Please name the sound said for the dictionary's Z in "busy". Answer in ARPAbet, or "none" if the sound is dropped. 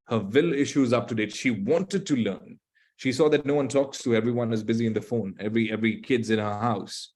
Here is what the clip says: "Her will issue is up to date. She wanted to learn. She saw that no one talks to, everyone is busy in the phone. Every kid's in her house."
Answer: Z